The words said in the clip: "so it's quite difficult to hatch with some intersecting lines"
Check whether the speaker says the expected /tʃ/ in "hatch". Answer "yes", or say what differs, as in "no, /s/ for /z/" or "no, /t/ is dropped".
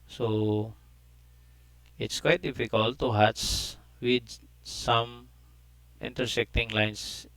no, /s/ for /tʃ/